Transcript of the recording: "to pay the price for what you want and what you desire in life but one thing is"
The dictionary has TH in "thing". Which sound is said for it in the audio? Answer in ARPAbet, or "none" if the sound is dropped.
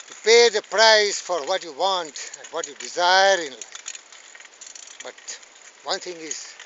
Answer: T